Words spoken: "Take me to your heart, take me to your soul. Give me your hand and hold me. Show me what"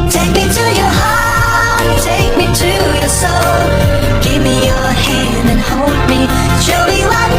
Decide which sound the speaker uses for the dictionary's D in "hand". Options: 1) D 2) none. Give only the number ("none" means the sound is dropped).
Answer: 1